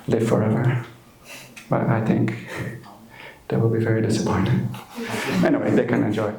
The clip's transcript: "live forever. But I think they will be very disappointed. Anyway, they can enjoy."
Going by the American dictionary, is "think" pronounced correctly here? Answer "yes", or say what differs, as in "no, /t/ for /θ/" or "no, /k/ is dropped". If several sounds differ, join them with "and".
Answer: yes